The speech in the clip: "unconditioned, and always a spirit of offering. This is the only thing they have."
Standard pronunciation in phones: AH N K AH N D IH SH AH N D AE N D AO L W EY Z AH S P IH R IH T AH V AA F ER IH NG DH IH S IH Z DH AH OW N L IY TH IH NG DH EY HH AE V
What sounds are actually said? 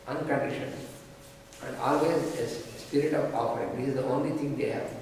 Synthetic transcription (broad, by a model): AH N K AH N D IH SH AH N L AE N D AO L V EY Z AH S P IH R IH T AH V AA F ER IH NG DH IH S IH Z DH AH OW N L IY T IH NG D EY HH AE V